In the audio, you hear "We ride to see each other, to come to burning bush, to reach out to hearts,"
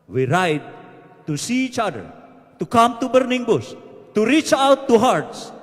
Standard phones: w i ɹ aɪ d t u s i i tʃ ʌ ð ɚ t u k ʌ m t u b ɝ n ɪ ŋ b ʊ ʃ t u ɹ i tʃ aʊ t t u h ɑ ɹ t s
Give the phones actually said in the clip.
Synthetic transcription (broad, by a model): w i ɹ aɪ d t u s i i tʃ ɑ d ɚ t u k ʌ m t u b ɝ n ɪ ŋ b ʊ s t u ɹ i tʃ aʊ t t u h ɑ ɹ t s